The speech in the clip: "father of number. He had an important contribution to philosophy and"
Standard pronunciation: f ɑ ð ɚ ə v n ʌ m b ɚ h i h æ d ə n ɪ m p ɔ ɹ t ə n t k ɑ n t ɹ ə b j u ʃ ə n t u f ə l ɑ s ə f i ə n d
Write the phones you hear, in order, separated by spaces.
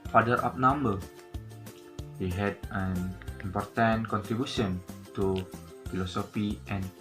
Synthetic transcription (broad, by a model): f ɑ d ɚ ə p n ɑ m b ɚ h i h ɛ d ə n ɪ m p ɔ ɹ t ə n k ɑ n t ɹ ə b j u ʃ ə n t u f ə l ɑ s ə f i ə n